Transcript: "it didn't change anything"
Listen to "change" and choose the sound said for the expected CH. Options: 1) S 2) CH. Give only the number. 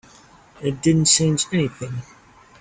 1